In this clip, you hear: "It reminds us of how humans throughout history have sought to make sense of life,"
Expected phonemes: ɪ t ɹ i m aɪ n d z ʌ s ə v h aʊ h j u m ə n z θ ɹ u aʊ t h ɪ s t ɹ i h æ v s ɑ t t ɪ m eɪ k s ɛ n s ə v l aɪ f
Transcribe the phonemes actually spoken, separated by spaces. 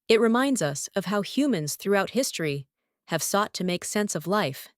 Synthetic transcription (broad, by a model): ɪ t ɹ i m aɪ n d z ʌ s ə v h aʊ h j u m ə n z θ ɹ u aʊ t h ɪ s t ɹ i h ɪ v s ɑ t t ɪ m eɪ k s ɛ n s ə v l aɪ f